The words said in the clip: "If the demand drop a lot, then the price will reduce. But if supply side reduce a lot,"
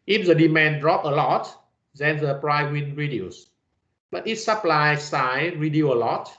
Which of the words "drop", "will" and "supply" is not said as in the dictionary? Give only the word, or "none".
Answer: will